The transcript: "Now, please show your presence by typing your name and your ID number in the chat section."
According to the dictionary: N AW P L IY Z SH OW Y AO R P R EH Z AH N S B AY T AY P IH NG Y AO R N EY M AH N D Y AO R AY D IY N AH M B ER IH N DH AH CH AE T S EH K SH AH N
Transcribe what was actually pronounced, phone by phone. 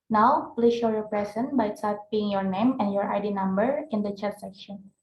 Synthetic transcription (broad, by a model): N AW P L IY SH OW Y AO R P R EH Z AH N B AY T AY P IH NG Y AO R N EY M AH N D Y AO R AY D IY N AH M B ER IH N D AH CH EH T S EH K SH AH N